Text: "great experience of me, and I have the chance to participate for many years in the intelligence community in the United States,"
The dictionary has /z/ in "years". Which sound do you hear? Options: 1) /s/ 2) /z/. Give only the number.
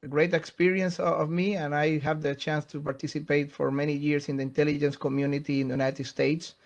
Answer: 1